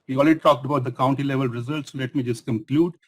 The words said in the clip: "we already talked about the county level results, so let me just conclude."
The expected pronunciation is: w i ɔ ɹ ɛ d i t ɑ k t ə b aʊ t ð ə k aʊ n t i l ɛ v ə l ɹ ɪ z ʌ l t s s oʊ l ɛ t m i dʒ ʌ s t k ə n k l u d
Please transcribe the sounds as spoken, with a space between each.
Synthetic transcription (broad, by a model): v i ɔ l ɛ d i t ɑ k t ə b aʊ t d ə k aʊ n t i l ɛ v ə l ɹ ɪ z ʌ l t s s oʊ l ɛ t m i dʒ ʌ s t k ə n k l u d